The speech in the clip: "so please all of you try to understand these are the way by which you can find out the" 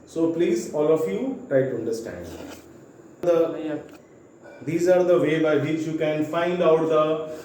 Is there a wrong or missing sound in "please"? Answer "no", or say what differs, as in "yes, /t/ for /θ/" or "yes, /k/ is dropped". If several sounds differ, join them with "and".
no